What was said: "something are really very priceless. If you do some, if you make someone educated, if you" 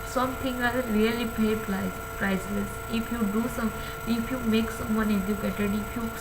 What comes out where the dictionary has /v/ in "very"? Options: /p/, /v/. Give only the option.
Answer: /p/